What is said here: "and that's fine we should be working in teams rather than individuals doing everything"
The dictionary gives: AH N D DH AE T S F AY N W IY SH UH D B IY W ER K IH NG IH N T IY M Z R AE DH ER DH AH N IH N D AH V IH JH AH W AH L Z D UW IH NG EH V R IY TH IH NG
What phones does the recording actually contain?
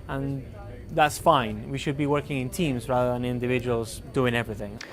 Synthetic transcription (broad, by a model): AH N DH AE T S F AY N W IY SH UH D B IY W ER K IH NG IH N T IY M Z R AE DH ER DH AH N IH N D AH V IH JH AH W AH L Z D UW IH NG EH V R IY TH IH NG